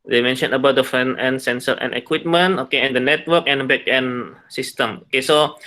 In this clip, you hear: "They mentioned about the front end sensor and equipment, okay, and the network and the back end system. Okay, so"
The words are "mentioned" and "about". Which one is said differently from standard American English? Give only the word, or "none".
mentioned